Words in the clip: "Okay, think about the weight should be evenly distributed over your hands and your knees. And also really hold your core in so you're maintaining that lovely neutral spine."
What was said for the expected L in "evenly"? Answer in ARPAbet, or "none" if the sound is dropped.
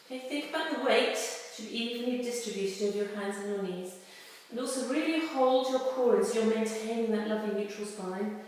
none